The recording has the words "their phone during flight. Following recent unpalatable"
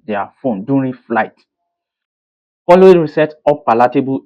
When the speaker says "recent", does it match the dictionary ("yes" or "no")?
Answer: no